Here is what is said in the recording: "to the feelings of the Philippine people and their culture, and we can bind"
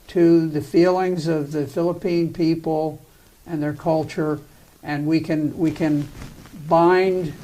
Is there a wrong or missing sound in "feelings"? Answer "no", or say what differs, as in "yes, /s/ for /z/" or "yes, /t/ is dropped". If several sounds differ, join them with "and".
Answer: no